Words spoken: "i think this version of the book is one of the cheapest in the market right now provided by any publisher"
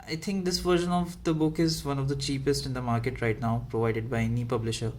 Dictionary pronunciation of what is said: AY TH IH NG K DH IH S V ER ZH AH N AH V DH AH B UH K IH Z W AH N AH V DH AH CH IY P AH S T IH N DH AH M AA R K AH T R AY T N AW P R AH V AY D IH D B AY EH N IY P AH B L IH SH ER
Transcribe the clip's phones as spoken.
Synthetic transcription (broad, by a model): AY T IH NG K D IH S V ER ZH AH N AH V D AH B UH K IH Z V AH N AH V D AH CH IY P AH S T IH N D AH M AA R K AH T R AY T N AW P R AH V AY D IH D B AY EH N IY P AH B L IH SH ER